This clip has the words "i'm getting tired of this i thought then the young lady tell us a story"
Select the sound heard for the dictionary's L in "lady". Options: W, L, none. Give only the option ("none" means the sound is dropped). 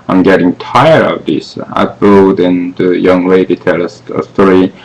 W